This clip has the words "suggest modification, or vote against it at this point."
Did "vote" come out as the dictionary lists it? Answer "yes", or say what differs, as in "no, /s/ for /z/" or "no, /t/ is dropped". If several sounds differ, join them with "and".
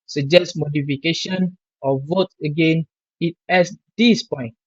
yes